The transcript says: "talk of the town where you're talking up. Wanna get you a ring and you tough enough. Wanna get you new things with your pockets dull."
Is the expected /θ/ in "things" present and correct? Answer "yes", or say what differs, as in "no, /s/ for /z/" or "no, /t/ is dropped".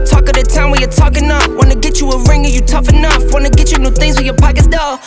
yes